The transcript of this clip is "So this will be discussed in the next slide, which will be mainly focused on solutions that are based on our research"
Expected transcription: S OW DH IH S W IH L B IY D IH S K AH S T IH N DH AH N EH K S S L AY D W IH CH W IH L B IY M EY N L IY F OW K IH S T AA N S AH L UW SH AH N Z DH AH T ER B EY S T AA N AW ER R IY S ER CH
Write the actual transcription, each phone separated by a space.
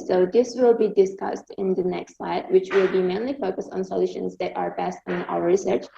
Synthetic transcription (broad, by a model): S OW DH IH S W IH L B IY D IH S K AH S T IH N DH AH N EH K S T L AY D W IH CH W IH L B IY M EY N L IY F OW K IH S T N S AH L UW SH AH N Z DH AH T ER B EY S T N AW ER R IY S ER CH